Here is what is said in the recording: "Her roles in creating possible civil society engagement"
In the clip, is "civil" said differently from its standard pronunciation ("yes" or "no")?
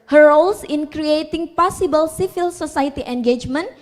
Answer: yes